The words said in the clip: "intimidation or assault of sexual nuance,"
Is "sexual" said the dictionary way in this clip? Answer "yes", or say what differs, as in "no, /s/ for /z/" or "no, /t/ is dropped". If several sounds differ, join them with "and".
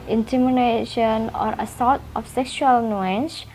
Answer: yes